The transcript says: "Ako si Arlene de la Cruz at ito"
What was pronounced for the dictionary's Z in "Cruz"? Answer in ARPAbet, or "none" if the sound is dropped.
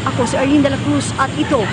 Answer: S